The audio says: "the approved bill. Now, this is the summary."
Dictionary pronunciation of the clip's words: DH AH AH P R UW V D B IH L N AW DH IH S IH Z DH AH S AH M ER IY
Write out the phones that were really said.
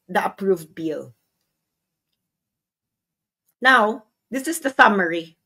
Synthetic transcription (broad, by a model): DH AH AH P R UW V D B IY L N AW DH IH S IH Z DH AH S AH M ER IY